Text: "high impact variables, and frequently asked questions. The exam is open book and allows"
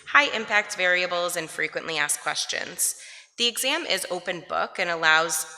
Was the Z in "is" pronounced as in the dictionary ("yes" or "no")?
yes